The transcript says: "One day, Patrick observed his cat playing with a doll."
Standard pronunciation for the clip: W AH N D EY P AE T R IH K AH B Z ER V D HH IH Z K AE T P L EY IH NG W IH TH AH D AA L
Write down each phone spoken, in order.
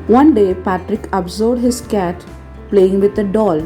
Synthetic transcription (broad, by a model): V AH N D EY P AE T R IH K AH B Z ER D HH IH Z K AE T P L EY IH NG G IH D AH D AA L